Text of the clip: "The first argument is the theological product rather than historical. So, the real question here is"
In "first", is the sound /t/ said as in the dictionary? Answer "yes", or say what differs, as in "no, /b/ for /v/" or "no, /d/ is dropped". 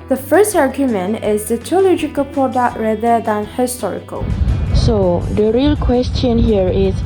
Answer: yes